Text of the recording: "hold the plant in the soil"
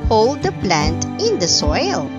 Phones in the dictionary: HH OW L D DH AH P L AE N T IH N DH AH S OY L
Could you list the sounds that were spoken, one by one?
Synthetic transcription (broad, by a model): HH OW L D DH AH P L AE N T IH N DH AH S OY L